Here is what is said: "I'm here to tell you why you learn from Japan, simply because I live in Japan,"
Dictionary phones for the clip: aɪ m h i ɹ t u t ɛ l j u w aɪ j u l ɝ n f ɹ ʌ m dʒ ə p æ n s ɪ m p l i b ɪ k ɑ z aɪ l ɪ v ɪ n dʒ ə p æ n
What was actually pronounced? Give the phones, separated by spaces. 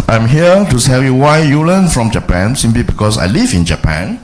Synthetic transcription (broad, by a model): aɪ m h i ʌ t u s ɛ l j u w aɪ j u l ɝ n f ɹ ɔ m dʒ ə p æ n s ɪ m p l i b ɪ k ɑ s aɪ l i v ɪ n dʒ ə p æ n